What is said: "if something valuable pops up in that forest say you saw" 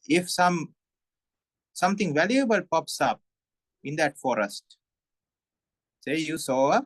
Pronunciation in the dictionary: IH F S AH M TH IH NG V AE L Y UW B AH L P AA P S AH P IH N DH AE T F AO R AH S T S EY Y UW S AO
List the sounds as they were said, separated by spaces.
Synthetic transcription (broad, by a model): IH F S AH M T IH NG V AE L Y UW B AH L P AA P S AH P IH N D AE T F AO R AH S T S EY Y UW S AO